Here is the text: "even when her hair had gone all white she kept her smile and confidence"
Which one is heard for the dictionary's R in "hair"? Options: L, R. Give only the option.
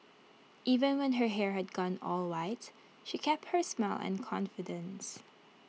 R